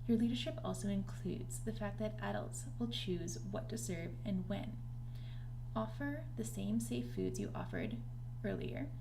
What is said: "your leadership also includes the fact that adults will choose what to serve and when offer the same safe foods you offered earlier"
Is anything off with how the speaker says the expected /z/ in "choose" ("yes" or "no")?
no